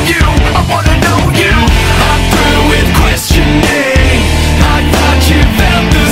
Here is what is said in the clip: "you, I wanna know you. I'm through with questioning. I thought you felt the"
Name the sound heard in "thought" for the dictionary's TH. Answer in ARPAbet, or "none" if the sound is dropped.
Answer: T